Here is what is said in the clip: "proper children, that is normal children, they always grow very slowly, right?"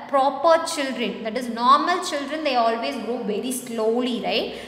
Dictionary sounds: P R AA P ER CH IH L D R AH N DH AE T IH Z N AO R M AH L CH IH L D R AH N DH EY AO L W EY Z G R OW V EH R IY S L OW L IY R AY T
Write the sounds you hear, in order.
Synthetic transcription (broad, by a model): P R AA P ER CH IH L D R AH N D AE T IH Z N AO R M AH L CH IH L D R AH N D EY AO L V EY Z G OW V EH R IY S L OW L IY R AY T